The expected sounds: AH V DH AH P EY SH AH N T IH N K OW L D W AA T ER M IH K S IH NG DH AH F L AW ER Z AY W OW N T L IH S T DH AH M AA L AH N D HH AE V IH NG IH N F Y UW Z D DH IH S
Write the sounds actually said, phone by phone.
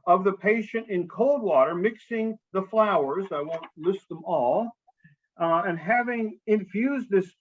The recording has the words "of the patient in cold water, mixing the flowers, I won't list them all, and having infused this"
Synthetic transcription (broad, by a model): AH V DH AH P EY SH AH N T IH N K OW L D W AA T ER M IH K S IH NG DH AH F L AW ER Z AY W OW N T L IH S T DH AH M AA L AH N HH AE V IH NG IH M F Y UW Z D DH IH S